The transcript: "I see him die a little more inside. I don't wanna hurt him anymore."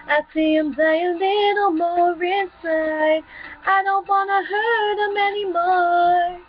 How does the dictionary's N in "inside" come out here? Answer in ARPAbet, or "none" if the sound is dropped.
none